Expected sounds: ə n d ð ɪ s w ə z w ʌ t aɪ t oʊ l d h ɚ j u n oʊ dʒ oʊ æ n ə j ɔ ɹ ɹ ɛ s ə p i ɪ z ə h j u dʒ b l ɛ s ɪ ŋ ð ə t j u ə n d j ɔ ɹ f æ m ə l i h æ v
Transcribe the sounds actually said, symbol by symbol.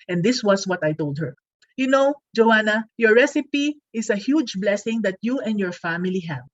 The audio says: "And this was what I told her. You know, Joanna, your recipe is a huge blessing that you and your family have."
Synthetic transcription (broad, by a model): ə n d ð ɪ s w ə s w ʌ t aɪ t oʊ l d h ɚ j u n oʊ dʒ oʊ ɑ n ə j ɔ ɹ ɹ ɛ s ə p i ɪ s ə h j u dʒ b l ɛ s ɪ ŋ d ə t j u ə n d j ɔ ɹ f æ m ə l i h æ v